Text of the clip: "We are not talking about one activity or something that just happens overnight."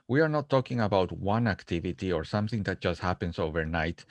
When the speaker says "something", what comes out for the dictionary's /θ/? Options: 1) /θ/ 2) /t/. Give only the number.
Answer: 1